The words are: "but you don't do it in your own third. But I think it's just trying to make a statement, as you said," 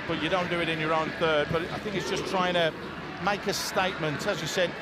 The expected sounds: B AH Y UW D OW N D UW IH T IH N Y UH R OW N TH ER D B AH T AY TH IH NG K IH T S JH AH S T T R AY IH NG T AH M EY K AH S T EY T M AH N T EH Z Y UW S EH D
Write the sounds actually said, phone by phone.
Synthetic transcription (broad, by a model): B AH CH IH D OW N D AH IH T IH N Y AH R OW N TH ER D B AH T AY TH IH NG K IH T S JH AH S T T R AY IH NG T AH M EY K AH S T EY T M AH N T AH Z Y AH S EH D